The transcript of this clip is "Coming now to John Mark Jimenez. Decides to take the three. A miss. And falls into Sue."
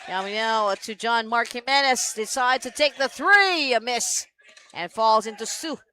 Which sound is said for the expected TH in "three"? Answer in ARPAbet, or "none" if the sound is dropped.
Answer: TH